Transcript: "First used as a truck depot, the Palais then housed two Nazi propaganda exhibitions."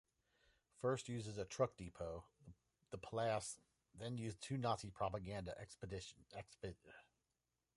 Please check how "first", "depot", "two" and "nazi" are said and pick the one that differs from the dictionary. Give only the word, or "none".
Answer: none